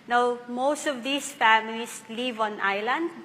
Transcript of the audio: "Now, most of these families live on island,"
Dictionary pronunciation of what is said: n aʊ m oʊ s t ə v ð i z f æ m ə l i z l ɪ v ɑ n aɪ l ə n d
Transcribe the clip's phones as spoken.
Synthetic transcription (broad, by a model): n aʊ m oʊ s t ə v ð i s f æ m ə l i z l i v ɑ n aɪ l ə n d